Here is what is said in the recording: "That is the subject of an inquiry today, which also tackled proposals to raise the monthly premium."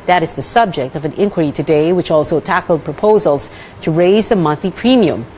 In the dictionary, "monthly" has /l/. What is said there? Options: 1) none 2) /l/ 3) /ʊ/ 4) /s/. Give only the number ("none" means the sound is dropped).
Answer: 1